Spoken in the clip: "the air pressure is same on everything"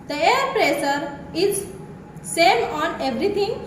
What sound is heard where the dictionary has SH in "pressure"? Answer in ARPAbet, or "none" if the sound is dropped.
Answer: S